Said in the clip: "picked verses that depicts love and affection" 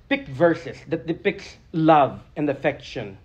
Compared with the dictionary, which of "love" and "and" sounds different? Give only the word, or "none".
none